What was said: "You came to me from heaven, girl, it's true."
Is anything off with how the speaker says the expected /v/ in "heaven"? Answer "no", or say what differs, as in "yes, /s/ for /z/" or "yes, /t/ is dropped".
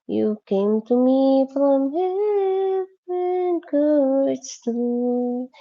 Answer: yes, /v/ is dropped